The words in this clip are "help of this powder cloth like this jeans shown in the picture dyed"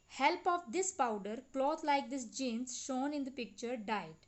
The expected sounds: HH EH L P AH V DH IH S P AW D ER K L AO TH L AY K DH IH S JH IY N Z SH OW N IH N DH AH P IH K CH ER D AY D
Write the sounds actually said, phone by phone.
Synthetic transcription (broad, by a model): HH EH L P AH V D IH S P AW D ER K L AO T L AY K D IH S JH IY N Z SH OW N IH N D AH P IH K CH ER D AY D